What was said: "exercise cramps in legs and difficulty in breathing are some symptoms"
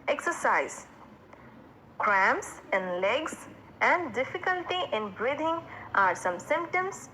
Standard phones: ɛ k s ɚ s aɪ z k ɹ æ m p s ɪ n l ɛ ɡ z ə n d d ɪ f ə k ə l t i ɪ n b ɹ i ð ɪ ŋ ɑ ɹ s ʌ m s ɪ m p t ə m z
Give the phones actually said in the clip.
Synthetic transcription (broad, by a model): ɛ k s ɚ s aɪ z k ɹ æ m s ɪ n l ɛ ɡ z ə n d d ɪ f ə k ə l t i ɪ n b ɹ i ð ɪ ŋ ɑ ɹ s ʌ m s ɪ m p t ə m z